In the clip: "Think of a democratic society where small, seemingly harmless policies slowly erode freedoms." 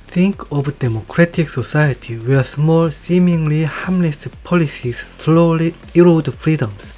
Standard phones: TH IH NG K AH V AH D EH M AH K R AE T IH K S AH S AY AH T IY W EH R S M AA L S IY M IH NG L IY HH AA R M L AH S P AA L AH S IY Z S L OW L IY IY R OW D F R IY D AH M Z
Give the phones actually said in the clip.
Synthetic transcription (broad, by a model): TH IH NG K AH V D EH M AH K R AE T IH K S AH S AY AH T IY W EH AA S M AA L S IY M IH NG L IY HH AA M N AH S P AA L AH S IY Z S L OW L IY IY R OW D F R IY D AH M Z